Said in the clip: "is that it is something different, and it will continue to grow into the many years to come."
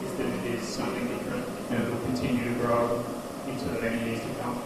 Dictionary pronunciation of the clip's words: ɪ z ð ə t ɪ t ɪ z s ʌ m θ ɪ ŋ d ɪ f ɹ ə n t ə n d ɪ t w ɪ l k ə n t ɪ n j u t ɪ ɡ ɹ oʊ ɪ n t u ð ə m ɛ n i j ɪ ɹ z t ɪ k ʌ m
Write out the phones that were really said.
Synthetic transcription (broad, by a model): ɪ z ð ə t ɪ t ɪ z s ʌ m θ ɪ ŋ d ɪ f ɹ ə n t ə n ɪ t w ɪ l k ə n t ɪ n j u t ɪ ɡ ɹ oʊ ɪ n t u ð ə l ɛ i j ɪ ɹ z t ɪ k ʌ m